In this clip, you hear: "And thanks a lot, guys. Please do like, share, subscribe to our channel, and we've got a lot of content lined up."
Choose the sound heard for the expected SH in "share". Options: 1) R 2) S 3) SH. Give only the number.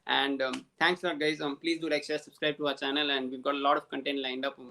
2